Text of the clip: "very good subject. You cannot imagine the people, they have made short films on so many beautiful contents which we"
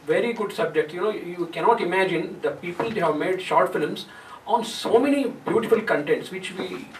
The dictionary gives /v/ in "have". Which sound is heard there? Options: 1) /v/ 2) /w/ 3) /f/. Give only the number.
1